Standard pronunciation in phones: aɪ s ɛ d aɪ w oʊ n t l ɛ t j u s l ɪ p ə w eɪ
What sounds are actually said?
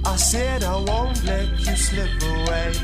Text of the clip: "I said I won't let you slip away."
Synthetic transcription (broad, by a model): aɪ s ɛ d aɪ w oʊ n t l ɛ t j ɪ s l ɪ p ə w eɪ